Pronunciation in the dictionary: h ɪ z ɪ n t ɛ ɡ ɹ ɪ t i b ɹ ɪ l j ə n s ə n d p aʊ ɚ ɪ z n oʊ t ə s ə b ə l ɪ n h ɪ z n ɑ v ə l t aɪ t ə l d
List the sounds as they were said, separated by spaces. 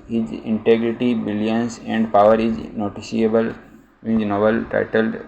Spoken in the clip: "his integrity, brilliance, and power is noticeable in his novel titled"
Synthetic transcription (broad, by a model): h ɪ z ɪ n t ɛ ɡ ɹ ɪ t i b ɪ l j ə n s ə n d p aʊ ɚ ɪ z n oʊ t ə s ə ə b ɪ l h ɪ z n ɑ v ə l t aɪ t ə l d